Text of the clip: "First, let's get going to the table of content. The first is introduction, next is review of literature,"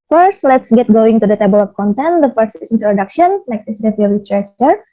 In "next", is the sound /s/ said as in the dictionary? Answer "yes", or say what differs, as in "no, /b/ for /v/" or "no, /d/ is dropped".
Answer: no, /s/ is dropped